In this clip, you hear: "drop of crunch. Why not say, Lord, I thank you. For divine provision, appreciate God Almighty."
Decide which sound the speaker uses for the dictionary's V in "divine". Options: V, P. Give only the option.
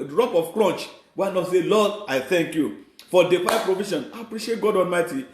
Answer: P